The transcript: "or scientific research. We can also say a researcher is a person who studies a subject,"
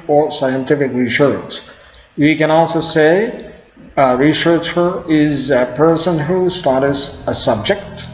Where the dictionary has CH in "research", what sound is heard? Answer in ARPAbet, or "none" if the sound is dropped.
S